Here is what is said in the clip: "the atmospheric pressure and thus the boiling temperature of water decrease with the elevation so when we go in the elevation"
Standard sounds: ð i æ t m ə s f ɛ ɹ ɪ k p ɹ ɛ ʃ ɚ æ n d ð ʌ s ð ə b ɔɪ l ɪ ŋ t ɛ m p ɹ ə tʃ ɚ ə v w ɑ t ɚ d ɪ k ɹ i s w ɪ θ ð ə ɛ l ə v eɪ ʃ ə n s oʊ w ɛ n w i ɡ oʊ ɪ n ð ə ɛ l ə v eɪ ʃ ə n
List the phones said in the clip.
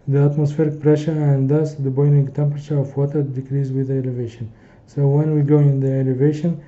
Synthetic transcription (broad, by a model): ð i æ t m ə s f ɛ ɹ ɪ k p ɹ ɛ ʃ ɚ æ n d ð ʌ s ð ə b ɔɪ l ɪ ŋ t ɛ m p ɹ ə tʃ ɚ ə v w ɑ t ɚ d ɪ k ɹ i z w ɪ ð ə ɛ l ə v eɪ ʃ ə n s oʊ w ɛ n w i ɡ oʊ ɪ n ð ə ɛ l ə v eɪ ʃ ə n